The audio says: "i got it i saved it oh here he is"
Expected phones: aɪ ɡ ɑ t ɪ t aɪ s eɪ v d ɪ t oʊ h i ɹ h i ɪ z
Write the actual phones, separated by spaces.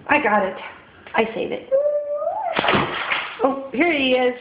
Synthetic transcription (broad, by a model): aɪ ɡ ɑ t ɪ t aɪ s eɪ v ɪ t oʊ h i ɹ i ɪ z